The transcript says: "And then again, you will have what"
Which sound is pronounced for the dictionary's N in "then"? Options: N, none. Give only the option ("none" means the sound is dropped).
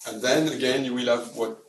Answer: N